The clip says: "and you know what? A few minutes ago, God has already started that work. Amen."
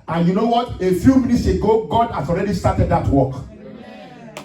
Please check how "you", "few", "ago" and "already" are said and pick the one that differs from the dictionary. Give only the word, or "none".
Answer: none